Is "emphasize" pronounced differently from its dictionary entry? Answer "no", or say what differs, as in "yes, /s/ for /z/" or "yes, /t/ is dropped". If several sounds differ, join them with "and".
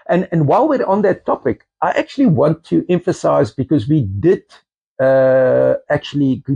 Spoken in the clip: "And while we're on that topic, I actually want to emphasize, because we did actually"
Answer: no